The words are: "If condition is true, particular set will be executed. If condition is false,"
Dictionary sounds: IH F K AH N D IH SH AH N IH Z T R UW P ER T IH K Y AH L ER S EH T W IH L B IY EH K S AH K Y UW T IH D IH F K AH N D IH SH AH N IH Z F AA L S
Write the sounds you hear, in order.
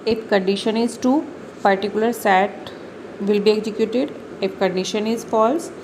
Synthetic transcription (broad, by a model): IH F K AH N D IH SH AH N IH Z T UW P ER T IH K Y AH L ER S EH T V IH L B IY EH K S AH K Y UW T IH D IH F K AH N D IH SH AH N IH Z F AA L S